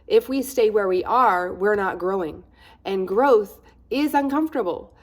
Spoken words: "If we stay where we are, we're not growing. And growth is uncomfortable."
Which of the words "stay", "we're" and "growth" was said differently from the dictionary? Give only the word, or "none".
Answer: none